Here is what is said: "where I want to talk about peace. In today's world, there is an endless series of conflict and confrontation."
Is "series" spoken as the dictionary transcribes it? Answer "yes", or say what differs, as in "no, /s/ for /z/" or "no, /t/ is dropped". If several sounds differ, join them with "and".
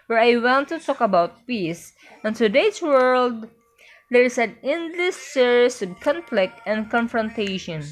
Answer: no, /s/ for /z/